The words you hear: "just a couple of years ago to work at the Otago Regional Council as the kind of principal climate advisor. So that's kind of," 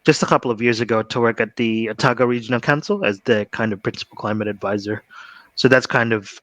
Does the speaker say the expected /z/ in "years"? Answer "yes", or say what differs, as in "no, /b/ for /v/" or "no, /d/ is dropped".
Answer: yes